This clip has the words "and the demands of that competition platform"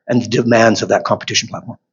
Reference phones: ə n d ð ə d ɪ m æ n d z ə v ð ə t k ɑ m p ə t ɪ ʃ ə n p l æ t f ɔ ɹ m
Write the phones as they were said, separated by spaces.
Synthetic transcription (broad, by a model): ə n ð ə d ɪ m æ n d z ə v ð ə t k ɑ m p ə t ɪ ʃ n p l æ t f ɔ ɹ m